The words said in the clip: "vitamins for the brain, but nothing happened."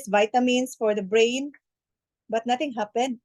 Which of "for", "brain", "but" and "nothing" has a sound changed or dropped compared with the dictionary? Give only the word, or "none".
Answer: nothing